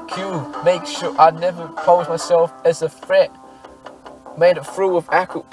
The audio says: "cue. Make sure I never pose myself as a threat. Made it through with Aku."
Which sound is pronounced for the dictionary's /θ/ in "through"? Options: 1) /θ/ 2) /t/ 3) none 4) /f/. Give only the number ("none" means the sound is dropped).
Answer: 4